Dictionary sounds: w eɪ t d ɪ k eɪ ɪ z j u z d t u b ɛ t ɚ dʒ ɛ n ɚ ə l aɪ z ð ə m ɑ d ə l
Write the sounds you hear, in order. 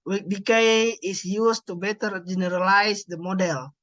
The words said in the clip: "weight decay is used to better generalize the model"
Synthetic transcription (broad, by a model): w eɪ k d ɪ k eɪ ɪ s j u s t u b ɛ t ɚ dʒ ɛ n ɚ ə l aɪ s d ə m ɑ d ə l